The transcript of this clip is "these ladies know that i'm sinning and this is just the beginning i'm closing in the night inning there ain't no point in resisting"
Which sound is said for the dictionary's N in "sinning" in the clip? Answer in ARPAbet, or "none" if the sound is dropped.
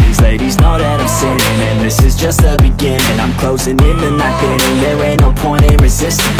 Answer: none